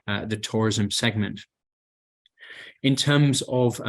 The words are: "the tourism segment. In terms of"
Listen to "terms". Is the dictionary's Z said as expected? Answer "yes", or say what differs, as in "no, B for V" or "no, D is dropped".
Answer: yes